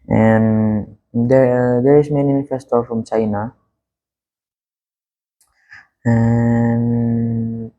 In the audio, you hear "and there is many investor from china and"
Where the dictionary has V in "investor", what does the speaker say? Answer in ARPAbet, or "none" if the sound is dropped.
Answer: F